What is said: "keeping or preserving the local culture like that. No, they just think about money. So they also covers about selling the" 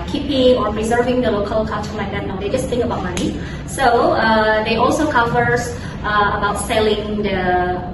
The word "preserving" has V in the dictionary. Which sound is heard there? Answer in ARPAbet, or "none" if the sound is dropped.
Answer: V